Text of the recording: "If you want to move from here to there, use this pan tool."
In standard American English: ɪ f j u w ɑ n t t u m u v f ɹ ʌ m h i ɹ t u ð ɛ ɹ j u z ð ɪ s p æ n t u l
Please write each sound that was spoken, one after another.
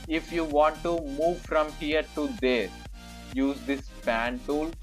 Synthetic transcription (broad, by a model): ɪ f j u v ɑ n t t u m u v f ɹ ʌ m h i ɹ t u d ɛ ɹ j u z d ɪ s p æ n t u l